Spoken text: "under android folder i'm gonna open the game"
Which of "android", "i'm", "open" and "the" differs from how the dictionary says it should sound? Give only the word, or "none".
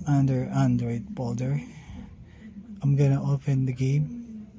none